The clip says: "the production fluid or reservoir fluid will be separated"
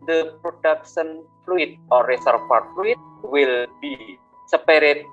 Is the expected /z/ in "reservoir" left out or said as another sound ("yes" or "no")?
yes